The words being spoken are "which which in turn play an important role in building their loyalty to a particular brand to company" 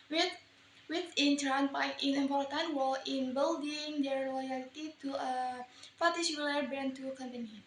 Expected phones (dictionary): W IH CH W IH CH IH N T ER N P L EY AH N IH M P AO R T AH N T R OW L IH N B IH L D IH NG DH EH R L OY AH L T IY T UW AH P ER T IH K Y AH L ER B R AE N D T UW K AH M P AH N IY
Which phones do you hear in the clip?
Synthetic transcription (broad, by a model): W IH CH W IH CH IH N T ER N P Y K AH N IH M P AO R T AH N T W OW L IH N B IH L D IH NG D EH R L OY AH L T IY T UW AH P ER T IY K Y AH L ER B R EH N T UW K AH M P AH N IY